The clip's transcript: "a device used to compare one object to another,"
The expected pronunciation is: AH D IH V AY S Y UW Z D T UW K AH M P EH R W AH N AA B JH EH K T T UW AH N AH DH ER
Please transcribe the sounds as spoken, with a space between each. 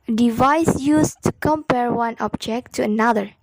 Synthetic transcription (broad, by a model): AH D IH V AY S Y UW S T UW K AH M P EH R W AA N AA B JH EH K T T UW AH N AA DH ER